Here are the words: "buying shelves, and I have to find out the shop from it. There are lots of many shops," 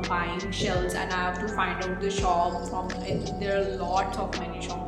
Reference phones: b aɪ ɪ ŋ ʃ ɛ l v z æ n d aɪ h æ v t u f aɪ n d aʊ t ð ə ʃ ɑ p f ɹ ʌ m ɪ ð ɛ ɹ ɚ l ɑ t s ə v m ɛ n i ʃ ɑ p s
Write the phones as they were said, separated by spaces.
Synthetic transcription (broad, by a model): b aɪ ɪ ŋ ʃ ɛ l z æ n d aɪ h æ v t u f aɪ n d aʊ t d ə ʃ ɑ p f ɹ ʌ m ɪ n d ɚ l ɑ t s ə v m ɛ n i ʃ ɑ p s